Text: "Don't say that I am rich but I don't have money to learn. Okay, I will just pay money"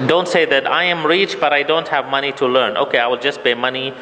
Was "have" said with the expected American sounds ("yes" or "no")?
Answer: yes